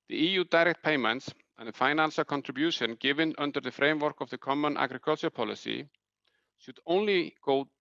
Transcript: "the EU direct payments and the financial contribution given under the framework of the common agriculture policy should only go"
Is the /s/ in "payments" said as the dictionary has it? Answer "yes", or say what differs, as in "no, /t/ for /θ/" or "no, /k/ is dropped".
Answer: yes